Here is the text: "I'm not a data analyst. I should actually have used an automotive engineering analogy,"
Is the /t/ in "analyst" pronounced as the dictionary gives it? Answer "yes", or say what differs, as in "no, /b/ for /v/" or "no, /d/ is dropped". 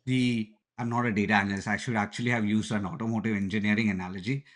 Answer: no, /t/ is dropped